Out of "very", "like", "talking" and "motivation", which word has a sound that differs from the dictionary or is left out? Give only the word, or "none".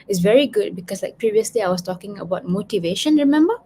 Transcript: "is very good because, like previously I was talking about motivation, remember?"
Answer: none